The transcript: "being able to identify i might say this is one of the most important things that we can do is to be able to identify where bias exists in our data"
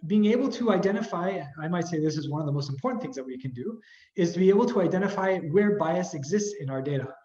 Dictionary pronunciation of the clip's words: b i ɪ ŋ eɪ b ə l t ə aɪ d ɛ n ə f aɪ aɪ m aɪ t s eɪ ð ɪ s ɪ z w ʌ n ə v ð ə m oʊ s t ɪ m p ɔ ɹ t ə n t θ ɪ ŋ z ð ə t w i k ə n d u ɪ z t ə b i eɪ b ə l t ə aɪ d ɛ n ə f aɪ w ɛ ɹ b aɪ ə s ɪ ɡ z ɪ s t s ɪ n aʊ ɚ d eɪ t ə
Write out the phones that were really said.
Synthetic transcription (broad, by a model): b i ɪ ŋ eɪ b l t ə aɪ d ɛ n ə f aɪ aɪ m aɪ t s eɪ ð ɪ s ɪ z w ʌ n ə v ð ə m oʊ s t m p ɔ ɹ t n θ ɪ ŋ z ð ə t w i k ə n d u ɪ z t ə b i eɪ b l t ə aɪ d ɛ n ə f aɪ w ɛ ɹ b aɪ ə s ɪ ɡ z ɪ s t s ɪ n aʊ ɚ d eɪ t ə